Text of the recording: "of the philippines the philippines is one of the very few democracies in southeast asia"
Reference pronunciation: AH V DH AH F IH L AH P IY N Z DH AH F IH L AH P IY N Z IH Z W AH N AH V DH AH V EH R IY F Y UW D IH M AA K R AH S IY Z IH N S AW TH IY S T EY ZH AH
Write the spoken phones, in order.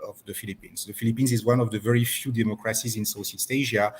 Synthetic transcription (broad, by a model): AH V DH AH F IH L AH P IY N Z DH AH F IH L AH P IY N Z IH Z W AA N AH V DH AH V EH R IY F Y UW D IH M AA K R AH S IY Z IH N S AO S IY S T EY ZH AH